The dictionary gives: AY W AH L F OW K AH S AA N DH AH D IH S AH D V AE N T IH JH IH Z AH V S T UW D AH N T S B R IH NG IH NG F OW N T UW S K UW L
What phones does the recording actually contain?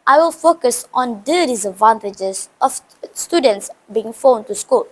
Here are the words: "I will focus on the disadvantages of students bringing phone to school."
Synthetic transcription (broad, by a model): AY W AH L F OW K AH S AA N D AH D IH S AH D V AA N T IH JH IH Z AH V S T UW D AH N T S B IY IH NG F OW N T UW S K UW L